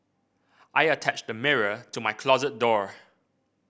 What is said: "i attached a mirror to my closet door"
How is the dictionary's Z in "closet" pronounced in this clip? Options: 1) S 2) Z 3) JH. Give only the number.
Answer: 2